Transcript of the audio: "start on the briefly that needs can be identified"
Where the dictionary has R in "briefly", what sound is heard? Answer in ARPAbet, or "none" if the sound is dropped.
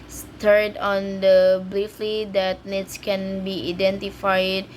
L